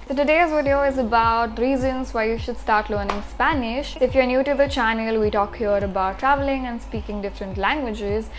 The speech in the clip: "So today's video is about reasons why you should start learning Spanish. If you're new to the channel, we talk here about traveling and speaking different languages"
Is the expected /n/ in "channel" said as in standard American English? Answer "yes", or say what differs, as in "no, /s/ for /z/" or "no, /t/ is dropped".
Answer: yes